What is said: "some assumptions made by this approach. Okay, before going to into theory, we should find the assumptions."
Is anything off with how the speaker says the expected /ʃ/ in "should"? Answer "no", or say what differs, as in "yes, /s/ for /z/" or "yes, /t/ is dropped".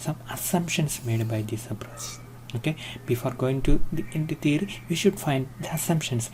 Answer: no